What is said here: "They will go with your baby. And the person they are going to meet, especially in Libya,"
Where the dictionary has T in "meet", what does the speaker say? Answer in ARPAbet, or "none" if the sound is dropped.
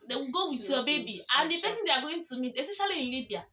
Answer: none